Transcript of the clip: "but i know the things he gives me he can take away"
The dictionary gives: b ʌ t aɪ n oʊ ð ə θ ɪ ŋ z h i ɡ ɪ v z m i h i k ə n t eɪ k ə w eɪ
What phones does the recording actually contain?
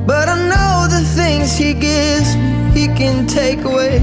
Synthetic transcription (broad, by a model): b ʌ t aɪ n oʊ ð ə θ ɪ ŋ z h i ɡ ɪ v z h i k ə n t eɪ k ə w eɪ